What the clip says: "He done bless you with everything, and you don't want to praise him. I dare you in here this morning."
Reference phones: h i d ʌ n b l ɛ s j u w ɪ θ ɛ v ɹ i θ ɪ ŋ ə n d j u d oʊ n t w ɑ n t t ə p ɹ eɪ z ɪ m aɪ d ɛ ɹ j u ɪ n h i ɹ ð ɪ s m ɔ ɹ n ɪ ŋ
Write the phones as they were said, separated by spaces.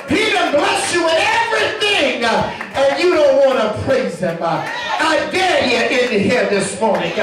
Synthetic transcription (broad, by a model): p i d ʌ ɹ b l ɛ s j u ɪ ɛ v ɹ i θ ɪ ŋ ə n j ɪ d oʊ n t w ɑ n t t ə p ɹ eɪ z ɪ m aɪ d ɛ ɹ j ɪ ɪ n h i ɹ ð ɪ s m ɔ ɹ n ɪ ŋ